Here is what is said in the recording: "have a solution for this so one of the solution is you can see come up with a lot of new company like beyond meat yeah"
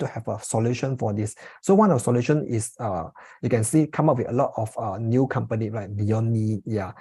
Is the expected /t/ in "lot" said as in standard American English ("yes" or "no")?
yes